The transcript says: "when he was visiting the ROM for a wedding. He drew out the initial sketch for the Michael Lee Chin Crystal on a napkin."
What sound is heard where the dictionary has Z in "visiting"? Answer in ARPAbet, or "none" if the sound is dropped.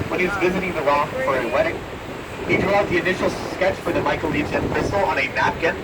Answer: Z